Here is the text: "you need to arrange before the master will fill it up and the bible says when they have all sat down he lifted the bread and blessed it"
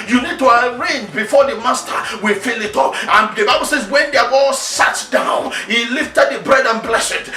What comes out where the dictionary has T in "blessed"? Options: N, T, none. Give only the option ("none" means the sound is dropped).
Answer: none